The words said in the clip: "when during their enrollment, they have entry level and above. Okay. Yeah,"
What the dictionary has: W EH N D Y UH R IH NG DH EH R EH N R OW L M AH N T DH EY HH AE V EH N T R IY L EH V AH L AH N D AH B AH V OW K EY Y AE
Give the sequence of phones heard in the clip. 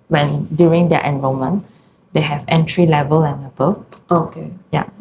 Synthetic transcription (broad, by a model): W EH N D Y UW R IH NG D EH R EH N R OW M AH N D EY HH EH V EH N T R IY L EH V AH L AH N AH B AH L OW K EY Y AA